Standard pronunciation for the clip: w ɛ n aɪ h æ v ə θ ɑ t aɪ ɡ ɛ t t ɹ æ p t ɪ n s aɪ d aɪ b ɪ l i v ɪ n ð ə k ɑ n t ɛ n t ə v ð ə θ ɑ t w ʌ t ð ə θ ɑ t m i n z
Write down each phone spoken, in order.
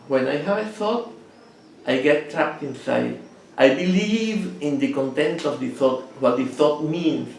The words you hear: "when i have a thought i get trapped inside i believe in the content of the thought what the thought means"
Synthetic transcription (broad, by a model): w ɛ n aɪ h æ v ə θ ɑ t aɪ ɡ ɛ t t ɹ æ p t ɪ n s aɪ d aɪ b ɪ l i v ɪ n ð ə k ɑ n t ɛ n t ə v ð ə θ ɑ t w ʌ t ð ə θ ɑ t m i n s